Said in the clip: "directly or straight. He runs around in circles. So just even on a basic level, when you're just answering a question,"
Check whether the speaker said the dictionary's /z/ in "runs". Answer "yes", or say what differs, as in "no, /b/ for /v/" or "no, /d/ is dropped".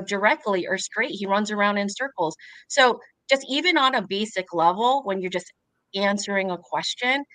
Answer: yes